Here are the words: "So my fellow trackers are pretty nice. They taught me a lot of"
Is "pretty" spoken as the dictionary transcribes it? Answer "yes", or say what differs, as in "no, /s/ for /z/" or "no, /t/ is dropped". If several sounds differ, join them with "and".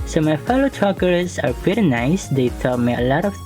no, /ɹ/ is dropped